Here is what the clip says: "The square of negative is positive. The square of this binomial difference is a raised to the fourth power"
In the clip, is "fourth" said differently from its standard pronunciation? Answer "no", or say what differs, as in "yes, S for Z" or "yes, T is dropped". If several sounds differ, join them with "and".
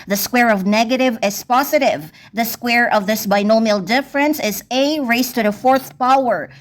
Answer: no